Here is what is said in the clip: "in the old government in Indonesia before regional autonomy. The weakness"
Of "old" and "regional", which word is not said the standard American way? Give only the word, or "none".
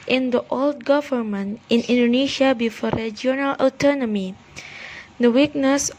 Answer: regional